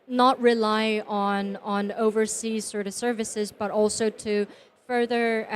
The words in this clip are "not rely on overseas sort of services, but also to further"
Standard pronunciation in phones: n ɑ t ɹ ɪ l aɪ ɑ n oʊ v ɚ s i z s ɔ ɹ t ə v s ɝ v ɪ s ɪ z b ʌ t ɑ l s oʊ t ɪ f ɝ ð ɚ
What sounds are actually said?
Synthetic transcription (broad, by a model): n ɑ t ɹ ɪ l aɪ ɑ n oʊ v ɚ s i z s ɔ ɹ t ə v s ɝ v ɪ s ɪ z b ʌ t ɑ l s oʊ t ɪ f ɝ ð ɚ